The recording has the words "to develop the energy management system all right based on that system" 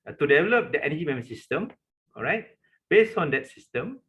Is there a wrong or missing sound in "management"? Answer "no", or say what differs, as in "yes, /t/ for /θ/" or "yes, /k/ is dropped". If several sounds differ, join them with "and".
yes, /dʒ/ is dropped